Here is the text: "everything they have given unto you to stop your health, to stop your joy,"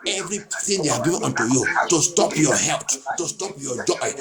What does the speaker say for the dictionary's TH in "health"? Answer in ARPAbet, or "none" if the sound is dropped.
T